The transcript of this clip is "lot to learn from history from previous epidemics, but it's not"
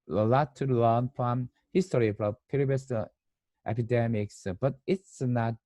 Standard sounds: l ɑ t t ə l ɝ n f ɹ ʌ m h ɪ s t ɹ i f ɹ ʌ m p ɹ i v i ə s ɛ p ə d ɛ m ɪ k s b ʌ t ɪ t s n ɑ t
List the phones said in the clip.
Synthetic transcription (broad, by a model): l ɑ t t ə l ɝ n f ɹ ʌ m h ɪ s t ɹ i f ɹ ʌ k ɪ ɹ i b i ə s ɛ p ə d ɛ m ɪ k s b ʌ t ɪ t s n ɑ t